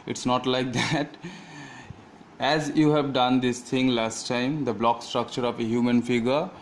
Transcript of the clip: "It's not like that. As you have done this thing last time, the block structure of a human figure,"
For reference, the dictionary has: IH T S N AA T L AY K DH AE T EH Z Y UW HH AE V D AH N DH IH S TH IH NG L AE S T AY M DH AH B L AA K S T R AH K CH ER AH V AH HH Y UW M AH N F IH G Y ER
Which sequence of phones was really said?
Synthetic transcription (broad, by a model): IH T S N AA T L AY K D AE T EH Z Y UW HH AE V D AH N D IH S T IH NG L AE S T AY M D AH B L AA K S T R AH K CH ER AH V AH HH Y UW M AH N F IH G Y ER